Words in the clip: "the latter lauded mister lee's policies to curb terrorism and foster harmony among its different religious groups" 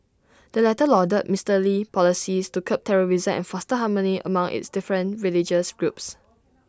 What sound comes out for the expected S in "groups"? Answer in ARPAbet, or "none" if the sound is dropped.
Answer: S